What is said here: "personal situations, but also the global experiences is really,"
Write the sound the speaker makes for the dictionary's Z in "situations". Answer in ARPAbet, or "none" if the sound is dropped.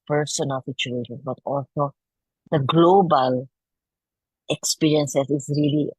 none